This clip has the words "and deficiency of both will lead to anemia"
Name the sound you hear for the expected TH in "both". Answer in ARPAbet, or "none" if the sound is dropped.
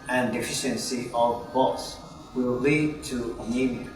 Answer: S